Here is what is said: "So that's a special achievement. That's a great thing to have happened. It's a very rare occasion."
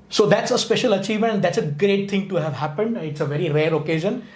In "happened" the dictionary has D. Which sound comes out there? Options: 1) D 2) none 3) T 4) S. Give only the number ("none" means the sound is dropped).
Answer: 1